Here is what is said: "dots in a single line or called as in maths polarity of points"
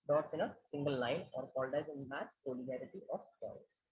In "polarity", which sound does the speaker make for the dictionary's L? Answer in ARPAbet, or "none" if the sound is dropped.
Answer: N